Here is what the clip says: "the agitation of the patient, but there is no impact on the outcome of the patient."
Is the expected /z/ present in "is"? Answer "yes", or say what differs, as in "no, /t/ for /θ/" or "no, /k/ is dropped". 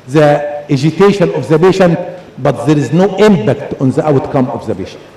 yes